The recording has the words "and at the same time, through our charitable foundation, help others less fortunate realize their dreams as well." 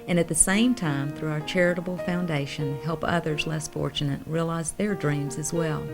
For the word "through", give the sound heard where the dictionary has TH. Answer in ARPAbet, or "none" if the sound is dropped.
TH